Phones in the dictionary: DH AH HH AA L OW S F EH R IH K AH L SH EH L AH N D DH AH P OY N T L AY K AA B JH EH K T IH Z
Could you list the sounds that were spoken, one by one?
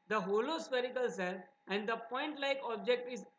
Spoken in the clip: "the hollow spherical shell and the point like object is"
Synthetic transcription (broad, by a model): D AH HH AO L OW S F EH R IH K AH L S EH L AH N D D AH P OY N T L AY K AA B JH EH K T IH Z